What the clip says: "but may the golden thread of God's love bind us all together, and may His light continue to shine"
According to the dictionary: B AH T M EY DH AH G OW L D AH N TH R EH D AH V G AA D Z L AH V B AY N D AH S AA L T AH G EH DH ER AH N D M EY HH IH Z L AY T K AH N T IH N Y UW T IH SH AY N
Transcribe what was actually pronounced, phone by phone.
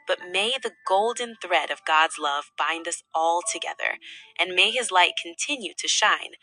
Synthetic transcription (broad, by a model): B AH T M EY DH AH G OW L D N TH R EH D AH V G AA D Z L AH V B AY N D AH S AA L T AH G EH DH ER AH N M EY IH Z L AY T K N T IH N Y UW T IH SH AY N